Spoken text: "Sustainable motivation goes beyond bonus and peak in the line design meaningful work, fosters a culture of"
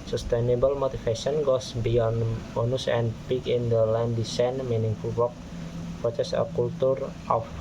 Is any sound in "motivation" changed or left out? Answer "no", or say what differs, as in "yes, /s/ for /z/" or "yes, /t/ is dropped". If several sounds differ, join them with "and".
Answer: yes, /f/ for /v/